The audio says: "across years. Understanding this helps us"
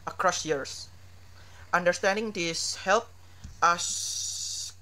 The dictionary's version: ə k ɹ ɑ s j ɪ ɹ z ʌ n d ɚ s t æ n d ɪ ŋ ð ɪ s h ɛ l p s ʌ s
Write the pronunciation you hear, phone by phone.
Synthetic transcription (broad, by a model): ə k ɹ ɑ s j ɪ ɹ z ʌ n d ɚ s t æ n d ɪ ŋ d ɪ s h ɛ l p ʌ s